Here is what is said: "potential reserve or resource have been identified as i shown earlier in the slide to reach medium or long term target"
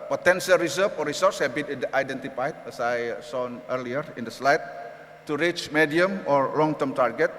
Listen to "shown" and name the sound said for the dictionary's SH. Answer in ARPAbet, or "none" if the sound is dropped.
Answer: S